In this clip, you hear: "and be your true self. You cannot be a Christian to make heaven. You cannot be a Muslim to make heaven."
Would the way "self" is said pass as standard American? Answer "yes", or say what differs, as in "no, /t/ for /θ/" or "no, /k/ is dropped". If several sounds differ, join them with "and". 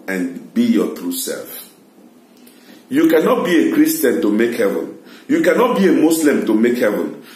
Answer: yes